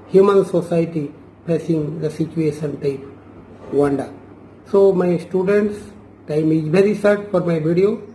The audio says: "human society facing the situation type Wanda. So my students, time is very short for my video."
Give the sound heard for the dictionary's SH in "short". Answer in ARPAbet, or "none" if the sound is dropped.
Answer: S